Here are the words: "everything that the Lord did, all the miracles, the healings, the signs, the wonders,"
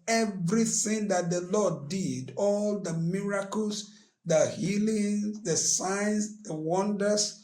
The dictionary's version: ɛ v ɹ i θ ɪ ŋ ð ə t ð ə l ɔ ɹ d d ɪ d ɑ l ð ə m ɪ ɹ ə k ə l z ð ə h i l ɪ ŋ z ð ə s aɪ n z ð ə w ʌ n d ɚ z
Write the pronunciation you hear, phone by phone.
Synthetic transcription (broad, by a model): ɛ v ɹ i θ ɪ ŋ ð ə t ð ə l ɔ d d ɪ d ɑ l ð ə m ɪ ɹ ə k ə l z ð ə h i l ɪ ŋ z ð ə s aɪ n s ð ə w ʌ n d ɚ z